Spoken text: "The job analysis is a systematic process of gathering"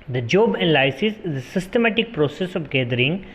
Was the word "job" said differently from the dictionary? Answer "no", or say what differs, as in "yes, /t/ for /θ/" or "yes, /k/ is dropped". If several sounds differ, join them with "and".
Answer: no